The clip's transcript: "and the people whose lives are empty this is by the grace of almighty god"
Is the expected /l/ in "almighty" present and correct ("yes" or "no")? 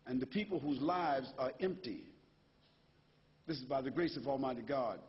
yes